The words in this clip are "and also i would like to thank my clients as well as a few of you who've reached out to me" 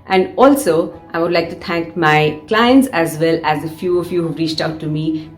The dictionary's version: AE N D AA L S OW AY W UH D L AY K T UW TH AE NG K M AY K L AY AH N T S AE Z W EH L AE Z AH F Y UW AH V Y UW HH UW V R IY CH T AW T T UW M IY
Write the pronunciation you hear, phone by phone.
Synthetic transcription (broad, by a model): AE N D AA L S OW AY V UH D L AY K T UW T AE NG K M AY K L AY AH N T S AE Z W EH L AE Z AH F Y UW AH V Y UW HH UW V R IY CH T AW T T UW M IY